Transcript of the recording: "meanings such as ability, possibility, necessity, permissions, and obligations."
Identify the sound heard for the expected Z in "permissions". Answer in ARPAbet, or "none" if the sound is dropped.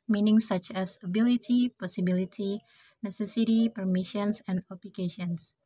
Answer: S